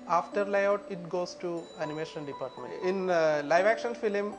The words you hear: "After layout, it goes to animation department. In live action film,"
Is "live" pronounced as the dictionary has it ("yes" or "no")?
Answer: yes